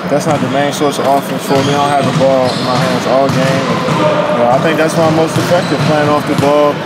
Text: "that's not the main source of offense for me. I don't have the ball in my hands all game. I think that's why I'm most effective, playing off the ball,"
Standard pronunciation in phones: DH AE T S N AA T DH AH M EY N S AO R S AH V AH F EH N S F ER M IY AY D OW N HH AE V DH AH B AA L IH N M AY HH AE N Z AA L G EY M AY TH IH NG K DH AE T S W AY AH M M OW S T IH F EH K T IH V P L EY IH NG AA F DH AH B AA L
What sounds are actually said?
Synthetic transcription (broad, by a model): DH AE T S N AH T DH AH M EY N S AO R S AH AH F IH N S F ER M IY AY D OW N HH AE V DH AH B AA L IH N M AY HH AE N Z AA L G EY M AY TH IH NG K DH AE T S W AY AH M M OW S T IH F EH K T IH V P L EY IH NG AA F DH AH B AA L